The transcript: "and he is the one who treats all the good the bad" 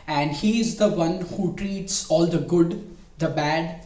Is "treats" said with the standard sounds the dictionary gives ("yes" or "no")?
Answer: yes